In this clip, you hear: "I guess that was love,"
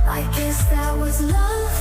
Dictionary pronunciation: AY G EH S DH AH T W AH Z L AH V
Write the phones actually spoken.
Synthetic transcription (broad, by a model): AY G EH S DH AH T W AH Z L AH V